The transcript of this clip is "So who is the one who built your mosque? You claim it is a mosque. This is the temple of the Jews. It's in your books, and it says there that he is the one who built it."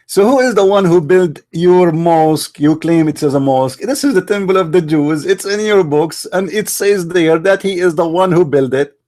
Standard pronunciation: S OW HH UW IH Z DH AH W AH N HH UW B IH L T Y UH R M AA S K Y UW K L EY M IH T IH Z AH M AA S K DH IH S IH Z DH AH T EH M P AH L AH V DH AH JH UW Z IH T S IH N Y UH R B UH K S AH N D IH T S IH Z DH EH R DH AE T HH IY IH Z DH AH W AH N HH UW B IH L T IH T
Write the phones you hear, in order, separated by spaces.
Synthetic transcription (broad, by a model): S OW HH UW IH Z DH AH W AH N HH UW B IH L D Y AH R M AA S K Y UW K L EY M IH T IH Z AH M AA S K DH IH S IH Z DH AH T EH M B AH L AH V DH AH JH UW Z IH T S IH N Y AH R B UH K S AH N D IH T S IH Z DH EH R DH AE T HH IY IH Z DH AH W AH N HH UW B IH L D IH T